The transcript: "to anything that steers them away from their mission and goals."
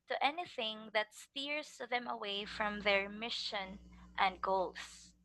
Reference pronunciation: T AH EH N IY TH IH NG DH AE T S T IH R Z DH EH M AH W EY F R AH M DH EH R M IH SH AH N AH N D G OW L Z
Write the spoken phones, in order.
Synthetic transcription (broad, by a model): T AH EH N IY TH IH NG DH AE T S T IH R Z DH EH M AH W EY F R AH M DH EH R M IH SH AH N AH N D G OW L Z